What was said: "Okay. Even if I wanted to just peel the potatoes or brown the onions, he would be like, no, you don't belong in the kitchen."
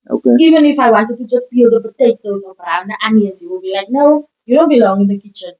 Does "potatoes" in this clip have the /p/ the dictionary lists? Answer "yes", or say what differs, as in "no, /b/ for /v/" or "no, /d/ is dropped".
no, /b/ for /p/